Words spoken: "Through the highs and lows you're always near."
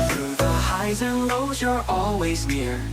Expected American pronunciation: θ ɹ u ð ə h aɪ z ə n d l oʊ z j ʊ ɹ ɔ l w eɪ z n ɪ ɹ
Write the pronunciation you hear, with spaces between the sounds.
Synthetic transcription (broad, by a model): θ ɹ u ð ə h aɪ z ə n l oʊ z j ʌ ɹ ɔ l w eɪ z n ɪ ɹ